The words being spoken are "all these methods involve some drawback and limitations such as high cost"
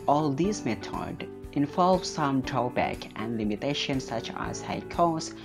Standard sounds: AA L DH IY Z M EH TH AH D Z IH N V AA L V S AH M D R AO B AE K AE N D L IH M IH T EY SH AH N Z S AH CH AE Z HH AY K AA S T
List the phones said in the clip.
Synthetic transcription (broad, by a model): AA L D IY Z M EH T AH D IH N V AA L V S AH M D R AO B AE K AE N D L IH M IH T EY SH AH N S AH CH AE Z HH AY K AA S